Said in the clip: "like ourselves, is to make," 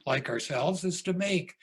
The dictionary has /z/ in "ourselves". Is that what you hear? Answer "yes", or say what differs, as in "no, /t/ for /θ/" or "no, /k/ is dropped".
yes